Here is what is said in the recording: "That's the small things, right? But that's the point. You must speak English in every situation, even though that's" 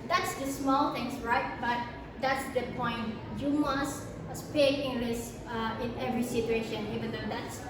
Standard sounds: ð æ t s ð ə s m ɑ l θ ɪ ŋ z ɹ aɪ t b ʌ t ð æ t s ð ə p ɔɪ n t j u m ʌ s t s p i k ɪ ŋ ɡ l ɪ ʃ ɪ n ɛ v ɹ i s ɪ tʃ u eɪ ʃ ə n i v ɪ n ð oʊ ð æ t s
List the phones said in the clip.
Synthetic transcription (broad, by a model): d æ t s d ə s m ɑ l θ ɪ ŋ s ɹ aɪ t b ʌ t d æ t s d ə p ɔɪ n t j u m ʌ s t s p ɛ ɪ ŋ ɡ l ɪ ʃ ɪ n ɛ v ɹ i s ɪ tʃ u eɪ ʃ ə n i v ɪ n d oʊ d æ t s